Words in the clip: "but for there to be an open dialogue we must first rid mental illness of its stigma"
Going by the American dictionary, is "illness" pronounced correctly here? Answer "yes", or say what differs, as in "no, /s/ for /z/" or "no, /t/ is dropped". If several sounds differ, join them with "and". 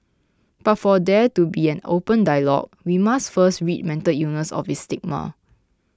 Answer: no, /l/ is dropped